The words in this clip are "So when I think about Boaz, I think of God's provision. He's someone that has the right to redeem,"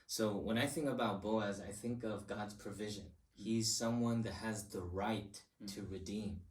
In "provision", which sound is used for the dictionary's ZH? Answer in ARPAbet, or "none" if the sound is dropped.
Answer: ZH